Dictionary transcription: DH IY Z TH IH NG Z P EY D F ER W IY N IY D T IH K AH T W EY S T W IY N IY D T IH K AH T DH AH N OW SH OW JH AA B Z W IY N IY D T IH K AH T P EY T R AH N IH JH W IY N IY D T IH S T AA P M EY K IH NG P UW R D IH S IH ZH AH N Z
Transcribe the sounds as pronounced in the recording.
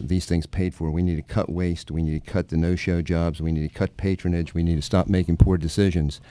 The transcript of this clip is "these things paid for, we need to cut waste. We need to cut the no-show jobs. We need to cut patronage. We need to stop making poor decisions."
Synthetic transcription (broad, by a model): DH IY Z TH IH NG Z P EY D F ER W IY N IY D T IH K AH T W EY S T W IY N IY D T IH K AH T DH AH N OW SH OW JH AA B Z W IY N IY D T IH K AH T P EY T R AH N IH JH W IY N IY D T IH S T AA P M EY K IH NG P UW R D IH S IH ZH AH N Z